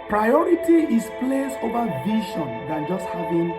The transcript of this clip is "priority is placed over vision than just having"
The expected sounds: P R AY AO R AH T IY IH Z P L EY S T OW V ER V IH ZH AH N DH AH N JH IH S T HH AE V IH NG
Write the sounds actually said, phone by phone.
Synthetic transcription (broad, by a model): P R AY AO R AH T IY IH S P L EY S OW V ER V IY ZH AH N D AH N JH IH S T HH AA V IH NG